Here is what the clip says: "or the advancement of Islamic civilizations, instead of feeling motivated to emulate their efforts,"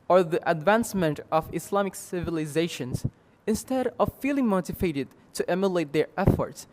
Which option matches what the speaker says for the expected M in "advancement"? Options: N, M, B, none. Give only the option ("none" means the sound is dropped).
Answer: M